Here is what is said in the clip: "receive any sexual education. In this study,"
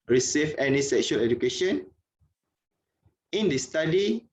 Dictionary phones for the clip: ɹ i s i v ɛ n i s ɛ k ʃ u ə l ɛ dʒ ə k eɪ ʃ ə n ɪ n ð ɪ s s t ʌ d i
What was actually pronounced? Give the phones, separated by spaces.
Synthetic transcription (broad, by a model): ɹ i s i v ɛ n i s ɛ k ʃ u ə l ɛ dʒ ə k eɪ ʃ ə n ɪ n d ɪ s s t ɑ d i